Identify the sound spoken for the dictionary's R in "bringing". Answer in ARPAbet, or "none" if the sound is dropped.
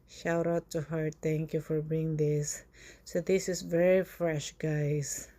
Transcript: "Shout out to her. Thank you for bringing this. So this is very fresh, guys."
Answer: none